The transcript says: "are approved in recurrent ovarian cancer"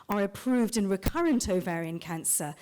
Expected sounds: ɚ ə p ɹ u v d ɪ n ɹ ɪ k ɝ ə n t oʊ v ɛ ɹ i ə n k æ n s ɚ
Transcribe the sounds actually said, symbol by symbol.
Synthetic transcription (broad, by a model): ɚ ə p ɹ u v d ɪ n ɹ ɪ k ɝ ə n t oʊ v ɛ ɹ i ə n k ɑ n s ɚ